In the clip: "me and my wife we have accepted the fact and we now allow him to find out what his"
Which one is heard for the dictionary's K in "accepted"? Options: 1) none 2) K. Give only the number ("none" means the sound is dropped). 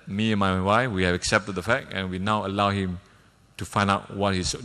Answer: 2